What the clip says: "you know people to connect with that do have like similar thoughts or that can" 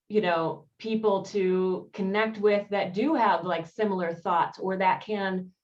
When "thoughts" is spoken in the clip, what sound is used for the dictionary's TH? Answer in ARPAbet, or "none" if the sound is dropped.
TH